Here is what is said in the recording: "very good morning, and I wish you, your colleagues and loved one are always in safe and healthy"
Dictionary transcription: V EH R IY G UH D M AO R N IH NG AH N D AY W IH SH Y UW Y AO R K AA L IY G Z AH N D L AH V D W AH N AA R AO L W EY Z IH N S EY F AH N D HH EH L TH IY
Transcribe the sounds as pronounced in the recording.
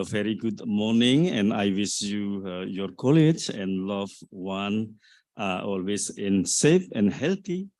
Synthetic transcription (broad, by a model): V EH R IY G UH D M AO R N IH NG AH N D AY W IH S Y UW Y AO R K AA L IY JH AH N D L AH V W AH N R AO L W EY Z IH N S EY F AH N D HH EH L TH IY